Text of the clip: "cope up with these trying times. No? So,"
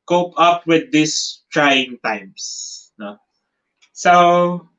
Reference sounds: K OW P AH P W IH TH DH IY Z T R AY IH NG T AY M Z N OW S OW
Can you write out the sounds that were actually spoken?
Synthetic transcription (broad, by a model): K OW P AH P W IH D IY S T R AY IH NG T AY M S N OW S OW